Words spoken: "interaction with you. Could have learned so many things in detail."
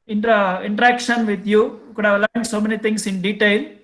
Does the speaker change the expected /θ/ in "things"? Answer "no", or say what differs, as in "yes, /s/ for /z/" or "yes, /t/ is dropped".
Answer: yes, /t/ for /θ/